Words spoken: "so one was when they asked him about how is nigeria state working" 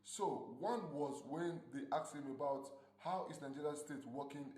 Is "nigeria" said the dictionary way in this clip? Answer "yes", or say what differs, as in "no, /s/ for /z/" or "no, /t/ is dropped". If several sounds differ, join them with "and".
no, /l/ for /ɹ/